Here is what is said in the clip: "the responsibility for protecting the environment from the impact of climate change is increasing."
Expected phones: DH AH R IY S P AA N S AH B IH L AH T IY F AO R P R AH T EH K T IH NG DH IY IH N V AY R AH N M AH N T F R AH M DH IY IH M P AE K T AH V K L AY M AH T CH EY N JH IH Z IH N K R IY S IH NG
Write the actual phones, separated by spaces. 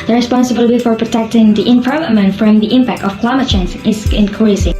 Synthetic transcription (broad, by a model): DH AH R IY S P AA N S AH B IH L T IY F AO R P R AH T EH K T IH NG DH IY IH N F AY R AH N M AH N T F R AH M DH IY IH M P AE K T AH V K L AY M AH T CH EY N Z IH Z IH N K R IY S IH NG